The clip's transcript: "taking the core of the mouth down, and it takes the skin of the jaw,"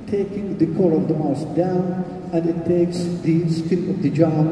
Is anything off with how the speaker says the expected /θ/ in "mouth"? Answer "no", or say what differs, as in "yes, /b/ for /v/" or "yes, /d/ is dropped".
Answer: yes, /s/ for /θ/